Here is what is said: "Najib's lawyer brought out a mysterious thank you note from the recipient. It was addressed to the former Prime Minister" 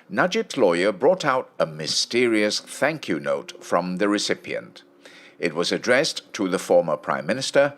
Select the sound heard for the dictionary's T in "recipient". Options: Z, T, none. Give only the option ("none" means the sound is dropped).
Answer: T